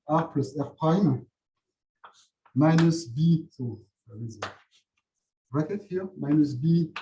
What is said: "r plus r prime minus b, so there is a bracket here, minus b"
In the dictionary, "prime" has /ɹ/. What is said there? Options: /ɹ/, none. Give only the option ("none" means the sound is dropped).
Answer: none